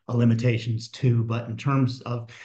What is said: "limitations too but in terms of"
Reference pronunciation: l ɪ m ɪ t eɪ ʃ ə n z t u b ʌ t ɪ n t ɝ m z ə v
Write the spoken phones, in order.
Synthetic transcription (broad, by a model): l ɪ m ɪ t eɪ ʃ n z t u b ʌ t ɪ n t ɝ m z ə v